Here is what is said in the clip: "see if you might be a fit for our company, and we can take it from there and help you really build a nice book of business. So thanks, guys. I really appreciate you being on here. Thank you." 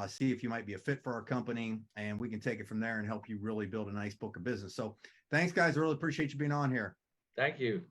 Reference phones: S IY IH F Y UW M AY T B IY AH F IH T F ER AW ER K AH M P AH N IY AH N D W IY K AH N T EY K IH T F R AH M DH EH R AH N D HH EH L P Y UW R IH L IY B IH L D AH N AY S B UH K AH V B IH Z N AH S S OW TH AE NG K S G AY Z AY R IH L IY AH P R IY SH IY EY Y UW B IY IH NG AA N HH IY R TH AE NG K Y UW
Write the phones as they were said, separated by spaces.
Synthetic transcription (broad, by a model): S IY IH F Y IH M AY T B IY AH F IH T F ER AW ER K AH M P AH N IY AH N W IY K AH N T EY K IH T F R AH M DH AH R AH N HH EH L P Y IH R IH L IY B IH L D AH N AY S B UH K AH V B IH Z N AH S S OW TH AE NG K S G AY Z AY R IH L IY AH P R IY SH IY EY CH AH B IY IH NG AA N HH IY R TH AE NG K Y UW